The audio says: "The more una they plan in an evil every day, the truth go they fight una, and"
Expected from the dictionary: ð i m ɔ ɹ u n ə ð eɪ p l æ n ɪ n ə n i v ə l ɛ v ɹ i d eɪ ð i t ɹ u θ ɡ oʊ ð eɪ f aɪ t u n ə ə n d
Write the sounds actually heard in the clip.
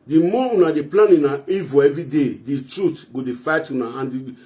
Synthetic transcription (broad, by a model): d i m ɔ u n ə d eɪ p l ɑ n ɪ n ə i v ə ɛ v ɹ i d eɪ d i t ɹ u t ɡ oʊ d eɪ f aɪ t u n ə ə n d